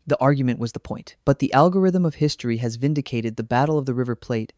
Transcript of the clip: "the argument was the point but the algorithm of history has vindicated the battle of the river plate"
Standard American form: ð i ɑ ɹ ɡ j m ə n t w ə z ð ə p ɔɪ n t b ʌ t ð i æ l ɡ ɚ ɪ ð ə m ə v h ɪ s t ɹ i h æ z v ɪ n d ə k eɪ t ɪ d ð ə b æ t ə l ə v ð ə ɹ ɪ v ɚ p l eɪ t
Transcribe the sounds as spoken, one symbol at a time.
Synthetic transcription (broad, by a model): ð i ɑ ɹ ɡ j m ə n t w ə z ð ə p ɔɪ n t b ʌ t ð i æ l ɡ ɚ ɪ ð ə m ə v h ɪ s t ɹ i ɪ z v ɪ n d ə k eɪ t ɪ d ð ə b æ t l ə v ð ə ɹ ɪ v ɚ p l eɪ t